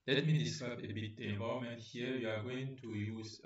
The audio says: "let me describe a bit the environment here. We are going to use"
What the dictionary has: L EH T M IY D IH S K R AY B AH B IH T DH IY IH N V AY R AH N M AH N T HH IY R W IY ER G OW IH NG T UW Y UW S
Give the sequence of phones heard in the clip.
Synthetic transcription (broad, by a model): L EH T M IY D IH S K AY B AH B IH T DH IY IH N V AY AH M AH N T HH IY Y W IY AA G OW IH NG T UW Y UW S